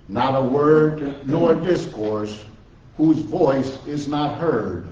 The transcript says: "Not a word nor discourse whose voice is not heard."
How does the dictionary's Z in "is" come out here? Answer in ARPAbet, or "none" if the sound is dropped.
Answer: Z